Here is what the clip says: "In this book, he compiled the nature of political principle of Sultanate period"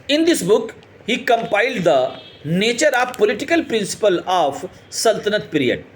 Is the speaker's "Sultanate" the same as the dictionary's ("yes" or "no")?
yes